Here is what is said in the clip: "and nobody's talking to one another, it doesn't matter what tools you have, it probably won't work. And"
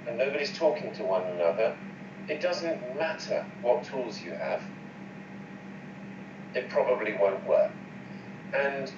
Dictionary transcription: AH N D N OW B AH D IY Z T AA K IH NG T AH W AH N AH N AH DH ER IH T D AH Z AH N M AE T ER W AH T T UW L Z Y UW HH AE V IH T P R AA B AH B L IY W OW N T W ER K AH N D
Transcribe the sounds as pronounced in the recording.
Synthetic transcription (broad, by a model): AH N N OW B AH D IY Z T AA K IH NG T AH W AH N AH N AH DH ER IH T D AH Z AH N M AE T ER W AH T T UW L Z Y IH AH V IH T P R AA B AH B L IY W OW N T W ER K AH N